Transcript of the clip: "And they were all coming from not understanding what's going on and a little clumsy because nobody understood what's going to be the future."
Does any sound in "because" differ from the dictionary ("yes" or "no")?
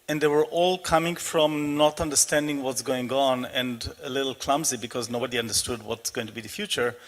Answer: no